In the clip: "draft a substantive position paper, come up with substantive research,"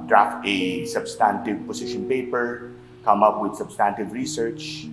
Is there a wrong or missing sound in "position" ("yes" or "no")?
yes